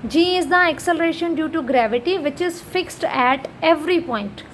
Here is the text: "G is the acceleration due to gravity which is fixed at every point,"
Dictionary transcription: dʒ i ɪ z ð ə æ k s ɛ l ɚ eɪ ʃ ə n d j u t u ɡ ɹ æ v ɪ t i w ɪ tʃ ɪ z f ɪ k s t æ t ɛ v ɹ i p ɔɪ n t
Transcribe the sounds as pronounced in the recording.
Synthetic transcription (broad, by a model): dʒ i ɪ z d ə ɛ k s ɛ l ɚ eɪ ʃ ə n d j u t u ɡ ɹ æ v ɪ t i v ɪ tʃ ɪ z f ɪ k s t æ t ɛ v ɹ i p ɔɪ n t